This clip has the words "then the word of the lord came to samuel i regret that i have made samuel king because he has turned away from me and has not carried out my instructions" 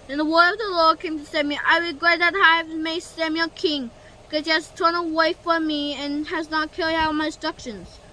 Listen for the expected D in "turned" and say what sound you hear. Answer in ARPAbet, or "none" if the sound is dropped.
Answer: none